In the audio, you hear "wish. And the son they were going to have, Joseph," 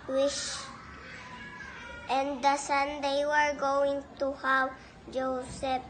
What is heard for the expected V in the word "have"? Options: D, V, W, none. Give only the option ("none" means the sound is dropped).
W